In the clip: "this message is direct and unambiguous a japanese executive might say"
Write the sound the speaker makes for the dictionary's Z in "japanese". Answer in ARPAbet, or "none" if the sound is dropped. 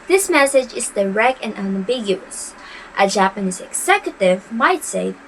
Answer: Z